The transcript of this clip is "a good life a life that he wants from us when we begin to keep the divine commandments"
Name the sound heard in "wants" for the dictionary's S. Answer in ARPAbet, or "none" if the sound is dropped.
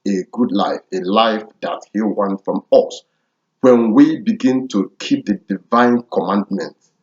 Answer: none